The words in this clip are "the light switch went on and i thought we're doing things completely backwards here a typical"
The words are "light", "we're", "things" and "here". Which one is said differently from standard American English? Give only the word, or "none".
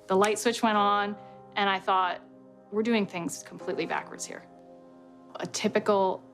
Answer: none